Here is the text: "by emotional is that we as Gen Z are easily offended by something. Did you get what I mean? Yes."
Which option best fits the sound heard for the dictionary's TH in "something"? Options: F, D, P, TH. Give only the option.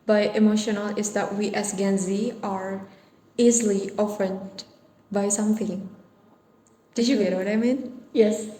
F